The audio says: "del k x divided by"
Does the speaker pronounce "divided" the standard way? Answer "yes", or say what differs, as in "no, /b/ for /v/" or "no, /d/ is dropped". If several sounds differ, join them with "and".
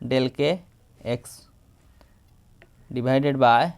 no, /b/ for /v/